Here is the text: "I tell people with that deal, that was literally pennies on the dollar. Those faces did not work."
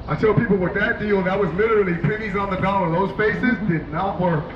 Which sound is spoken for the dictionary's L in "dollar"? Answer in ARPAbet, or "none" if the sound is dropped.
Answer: N